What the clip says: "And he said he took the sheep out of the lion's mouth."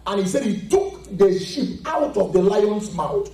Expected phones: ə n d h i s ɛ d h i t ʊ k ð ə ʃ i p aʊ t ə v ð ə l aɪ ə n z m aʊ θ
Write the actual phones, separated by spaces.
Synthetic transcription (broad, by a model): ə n h i s ɛ d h i t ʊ k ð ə ʃ i p aʊ t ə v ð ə l aɪ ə n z m aʊ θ